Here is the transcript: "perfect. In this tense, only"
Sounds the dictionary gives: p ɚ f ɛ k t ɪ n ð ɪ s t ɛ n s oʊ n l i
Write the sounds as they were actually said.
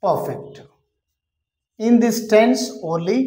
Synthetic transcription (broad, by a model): p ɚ f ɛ k t ɪ n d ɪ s t ɛ n s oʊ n l i